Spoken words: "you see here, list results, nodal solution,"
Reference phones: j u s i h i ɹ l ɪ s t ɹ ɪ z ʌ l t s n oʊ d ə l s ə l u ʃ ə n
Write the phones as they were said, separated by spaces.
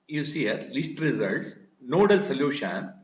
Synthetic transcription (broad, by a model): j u s i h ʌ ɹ l ɪ s t ɹ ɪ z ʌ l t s n oʊ d ə l s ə l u ʃ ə n